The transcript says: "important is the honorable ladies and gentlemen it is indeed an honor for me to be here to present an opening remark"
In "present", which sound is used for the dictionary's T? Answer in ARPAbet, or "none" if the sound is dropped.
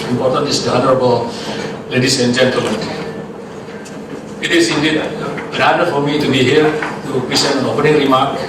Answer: none